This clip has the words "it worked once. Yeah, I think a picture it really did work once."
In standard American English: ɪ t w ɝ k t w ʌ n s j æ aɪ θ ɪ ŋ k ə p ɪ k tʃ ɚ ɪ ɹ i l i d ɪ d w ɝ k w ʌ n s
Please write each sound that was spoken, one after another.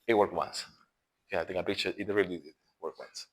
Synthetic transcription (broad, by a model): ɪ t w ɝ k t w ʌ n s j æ aɪ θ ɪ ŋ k ə b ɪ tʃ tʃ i ɪ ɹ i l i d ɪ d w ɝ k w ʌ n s